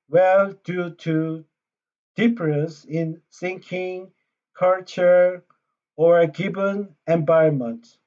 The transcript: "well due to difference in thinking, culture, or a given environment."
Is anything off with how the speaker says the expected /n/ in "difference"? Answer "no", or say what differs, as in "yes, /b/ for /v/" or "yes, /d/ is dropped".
yes, /n/ is dropped